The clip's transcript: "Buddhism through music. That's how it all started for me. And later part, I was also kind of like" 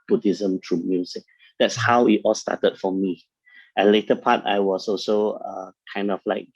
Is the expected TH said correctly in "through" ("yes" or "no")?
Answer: no